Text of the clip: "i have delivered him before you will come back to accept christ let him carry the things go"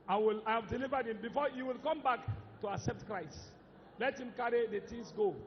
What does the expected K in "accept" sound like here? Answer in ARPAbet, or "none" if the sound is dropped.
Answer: K